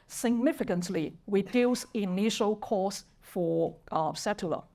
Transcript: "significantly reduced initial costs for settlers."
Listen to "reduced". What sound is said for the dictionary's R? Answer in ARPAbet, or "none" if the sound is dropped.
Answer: W